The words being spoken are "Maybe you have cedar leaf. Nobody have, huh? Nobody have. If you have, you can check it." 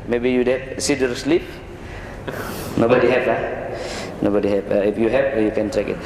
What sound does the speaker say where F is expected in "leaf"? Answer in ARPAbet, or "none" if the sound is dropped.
P